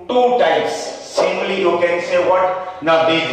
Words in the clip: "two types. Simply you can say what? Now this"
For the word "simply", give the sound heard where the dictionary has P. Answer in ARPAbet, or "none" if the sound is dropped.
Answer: none